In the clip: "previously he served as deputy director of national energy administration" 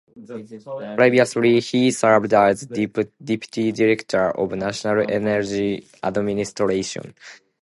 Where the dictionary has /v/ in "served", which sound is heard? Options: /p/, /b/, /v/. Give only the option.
/b/